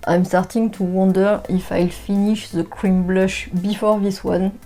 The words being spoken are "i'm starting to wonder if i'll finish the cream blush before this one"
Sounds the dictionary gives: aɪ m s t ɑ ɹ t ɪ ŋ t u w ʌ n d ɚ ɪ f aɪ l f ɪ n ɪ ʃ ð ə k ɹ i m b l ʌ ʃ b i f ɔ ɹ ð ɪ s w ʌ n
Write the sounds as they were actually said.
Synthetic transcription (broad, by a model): aɪ m s t ɑ ɹ t ɪ ŋ t u w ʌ n d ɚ ɪ f aɪ l f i n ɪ ʃ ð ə k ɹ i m b l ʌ ʃ b i f ɔ ɹ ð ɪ s w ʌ n